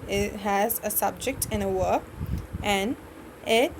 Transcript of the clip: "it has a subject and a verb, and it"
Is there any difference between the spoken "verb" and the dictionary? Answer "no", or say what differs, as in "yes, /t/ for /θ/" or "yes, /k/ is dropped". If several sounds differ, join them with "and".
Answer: yes, /w/ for /v/ and /b/ is dropped